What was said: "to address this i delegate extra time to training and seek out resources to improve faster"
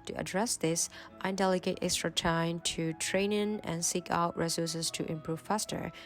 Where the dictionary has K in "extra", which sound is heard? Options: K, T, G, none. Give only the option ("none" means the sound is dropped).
K